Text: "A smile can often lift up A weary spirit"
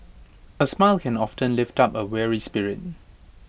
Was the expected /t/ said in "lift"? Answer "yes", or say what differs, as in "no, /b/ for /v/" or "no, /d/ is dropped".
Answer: yes